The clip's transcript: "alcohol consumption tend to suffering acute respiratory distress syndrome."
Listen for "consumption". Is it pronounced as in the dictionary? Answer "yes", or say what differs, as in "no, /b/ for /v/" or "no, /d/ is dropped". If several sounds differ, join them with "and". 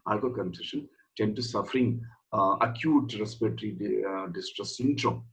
no, /m/ is dropped